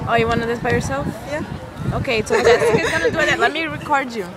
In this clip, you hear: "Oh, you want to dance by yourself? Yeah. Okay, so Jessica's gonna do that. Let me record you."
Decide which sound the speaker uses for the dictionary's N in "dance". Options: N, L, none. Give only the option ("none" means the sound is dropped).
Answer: none